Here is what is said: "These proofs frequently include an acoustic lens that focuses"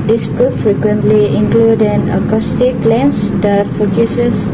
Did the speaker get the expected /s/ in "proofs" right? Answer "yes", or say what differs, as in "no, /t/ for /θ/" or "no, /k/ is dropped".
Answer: no, /s/ is dropped